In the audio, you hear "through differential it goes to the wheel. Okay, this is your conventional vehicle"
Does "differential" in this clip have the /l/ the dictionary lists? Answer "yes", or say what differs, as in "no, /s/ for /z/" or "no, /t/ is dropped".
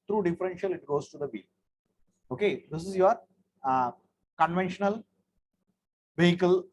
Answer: yes